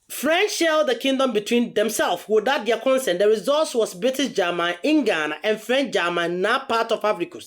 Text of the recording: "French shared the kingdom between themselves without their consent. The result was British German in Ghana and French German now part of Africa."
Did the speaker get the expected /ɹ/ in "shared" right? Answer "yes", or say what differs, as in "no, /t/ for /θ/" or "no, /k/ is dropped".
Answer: no, /l/ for /ɹ/